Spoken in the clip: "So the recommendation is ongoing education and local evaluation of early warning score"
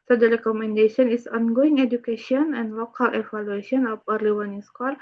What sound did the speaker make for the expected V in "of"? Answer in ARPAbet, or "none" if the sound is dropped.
P